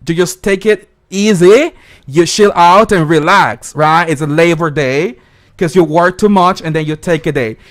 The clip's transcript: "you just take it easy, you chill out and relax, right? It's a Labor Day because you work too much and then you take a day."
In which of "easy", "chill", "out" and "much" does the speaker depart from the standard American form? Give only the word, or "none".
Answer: chill